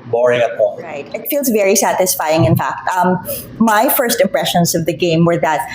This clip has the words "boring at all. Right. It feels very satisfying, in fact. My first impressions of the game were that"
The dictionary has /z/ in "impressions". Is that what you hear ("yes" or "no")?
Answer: yes